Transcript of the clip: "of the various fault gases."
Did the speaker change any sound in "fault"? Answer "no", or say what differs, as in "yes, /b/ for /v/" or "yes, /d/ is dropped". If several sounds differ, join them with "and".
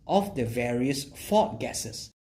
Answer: yes, /l/ is dropped